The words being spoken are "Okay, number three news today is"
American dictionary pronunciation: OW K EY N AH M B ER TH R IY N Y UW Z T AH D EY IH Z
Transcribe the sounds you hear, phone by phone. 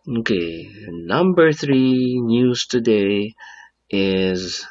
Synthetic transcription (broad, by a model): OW K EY N AH M B ER TH R IY N Y UW Z T AH D EY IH Z